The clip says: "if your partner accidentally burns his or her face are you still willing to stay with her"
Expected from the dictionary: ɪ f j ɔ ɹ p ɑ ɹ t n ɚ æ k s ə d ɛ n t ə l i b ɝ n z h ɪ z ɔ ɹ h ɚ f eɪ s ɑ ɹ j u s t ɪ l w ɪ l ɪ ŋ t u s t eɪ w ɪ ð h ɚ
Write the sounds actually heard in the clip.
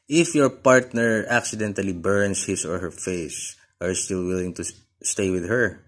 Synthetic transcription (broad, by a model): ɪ f j ɔ ɹ p ɑ ɹ t n ɚ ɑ k s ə d ɛ n t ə l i b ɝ n s h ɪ s ɔ ɹ h ɚ f eɪ s ɑ ɹ j u s t ɪ l w ɪ l ɪ ŋ t u s t eɪ w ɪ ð h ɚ